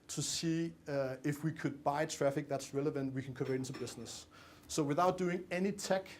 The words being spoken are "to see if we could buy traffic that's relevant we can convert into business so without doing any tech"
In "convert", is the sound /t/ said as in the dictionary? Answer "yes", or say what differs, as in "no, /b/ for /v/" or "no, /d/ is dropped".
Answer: no, /t/ is dropped